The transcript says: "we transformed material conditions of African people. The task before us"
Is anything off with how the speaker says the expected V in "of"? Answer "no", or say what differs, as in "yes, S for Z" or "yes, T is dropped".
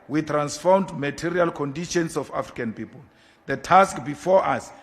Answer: yes, F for V